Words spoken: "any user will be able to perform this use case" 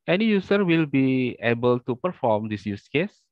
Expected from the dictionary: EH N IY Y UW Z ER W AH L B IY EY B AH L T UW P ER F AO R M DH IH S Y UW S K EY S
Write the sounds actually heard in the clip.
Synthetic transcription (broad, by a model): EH N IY Y UW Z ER W AH L B IY EY B AH L T UW P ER F AO M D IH S Y UW S K EY S